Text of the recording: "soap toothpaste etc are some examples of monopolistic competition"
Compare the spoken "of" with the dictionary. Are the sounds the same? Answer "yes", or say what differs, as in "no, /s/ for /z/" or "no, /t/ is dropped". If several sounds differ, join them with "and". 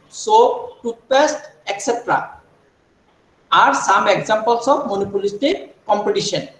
no, /b/ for /v/